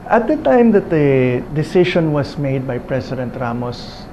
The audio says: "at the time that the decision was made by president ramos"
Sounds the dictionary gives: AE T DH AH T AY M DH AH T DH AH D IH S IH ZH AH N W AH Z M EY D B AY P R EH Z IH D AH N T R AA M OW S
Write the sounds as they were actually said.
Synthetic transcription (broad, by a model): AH T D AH T AY M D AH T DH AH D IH S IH SH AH N W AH S M EY D B AY P R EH S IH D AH N T R AA M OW S